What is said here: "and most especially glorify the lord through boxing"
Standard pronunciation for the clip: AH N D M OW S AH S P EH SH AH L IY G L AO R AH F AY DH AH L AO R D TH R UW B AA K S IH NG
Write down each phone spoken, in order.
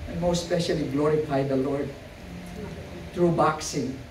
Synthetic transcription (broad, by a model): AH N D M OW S S P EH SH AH L IY G L AO R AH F AY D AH L AO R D T R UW B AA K S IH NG